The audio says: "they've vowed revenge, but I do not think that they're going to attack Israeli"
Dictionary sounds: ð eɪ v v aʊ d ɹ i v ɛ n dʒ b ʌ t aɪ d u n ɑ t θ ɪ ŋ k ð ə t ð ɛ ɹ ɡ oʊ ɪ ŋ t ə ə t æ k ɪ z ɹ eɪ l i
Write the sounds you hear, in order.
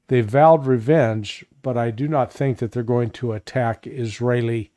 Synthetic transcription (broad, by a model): ð eɪ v v aʊ d ɹ i v ɛ n dʒ b ʌ t aɪ d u n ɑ t θ ɪ ŋ k ð ə t ð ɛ ɹ ɡ oʊ ɪ ŋ t ə ə t æ k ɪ z ɹ eɪ l i